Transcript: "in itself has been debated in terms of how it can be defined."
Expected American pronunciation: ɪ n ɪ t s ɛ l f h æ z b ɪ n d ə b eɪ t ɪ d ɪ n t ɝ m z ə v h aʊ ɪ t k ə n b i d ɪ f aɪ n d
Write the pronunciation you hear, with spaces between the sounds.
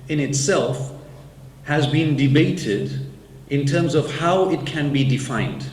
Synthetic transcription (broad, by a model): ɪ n ɪ t s ɛ l f h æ z b ɪ n d ə b eɪ t ɪ d ɪ n t ɝ m z ə v h aʊ ɪ t k ə n b i d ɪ f aɪ n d